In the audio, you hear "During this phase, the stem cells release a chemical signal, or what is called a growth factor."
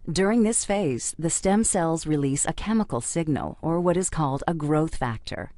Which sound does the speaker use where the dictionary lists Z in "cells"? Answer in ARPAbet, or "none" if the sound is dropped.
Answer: Z